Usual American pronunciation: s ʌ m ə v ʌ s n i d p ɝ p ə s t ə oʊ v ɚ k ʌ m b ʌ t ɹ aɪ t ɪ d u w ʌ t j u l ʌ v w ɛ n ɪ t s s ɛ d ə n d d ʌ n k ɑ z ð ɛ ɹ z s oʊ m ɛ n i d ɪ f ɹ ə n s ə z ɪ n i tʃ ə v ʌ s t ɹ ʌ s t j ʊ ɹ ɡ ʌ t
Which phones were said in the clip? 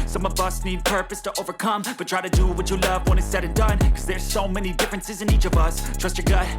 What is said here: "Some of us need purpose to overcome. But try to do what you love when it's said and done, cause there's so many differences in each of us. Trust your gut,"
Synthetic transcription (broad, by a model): s ʌ m ə v ʌ s n i d p ɝ p ə s t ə oʊ v ɚ k ʌ m b ʌ t ɹ aɪ t ɪ d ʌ w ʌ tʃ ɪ l ʌ v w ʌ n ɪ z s s ɛ d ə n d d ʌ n k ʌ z ð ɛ ɹ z s oʊ m ɛ n i d ɪ f ɹ ə n s ə z ɪ n i tʃ ə v ʌ s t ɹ ʌ s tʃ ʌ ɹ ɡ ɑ